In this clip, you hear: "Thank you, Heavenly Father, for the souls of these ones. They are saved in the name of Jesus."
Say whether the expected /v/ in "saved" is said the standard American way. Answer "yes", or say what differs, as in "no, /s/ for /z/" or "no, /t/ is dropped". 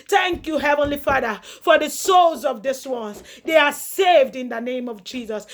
yes